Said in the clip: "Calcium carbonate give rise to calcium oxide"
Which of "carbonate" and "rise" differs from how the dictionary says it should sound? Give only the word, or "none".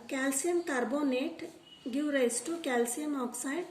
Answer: rise